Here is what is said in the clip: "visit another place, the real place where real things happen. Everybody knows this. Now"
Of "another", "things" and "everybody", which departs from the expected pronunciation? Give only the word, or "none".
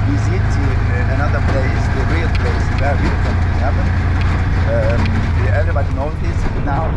things